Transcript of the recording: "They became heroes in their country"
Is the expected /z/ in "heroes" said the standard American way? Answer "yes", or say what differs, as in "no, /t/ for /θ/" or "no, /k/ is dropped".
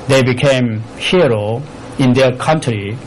no, /z/ is dropped